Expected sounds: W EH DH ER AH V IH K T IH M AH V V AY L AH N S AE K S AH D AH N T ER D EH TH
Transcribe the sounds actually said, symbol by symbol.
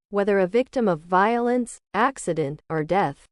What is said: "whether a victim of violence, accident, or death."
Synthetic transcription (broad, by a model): W EH DH ER AH V IH K T IH M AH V V AY L AH N S AE K S AH D AH N T ER D EH TH